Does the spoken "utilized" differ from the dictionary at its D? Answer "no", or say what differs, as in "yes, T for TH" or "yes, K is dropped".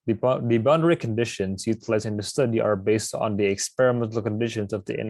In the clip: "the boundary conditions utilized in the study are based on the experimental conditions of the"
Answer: yes, D is dropped